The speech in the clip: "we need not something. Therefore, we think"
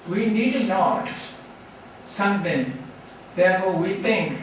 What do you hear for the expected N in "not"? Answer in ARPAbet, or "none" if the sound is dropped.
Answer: L